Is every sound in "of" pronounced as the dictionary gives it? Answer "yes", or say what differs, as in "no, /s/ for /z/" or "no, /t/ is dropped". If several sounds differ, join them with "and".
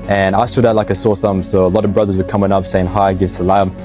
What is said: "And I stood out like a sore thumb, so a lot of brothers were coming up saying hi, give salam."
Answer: yes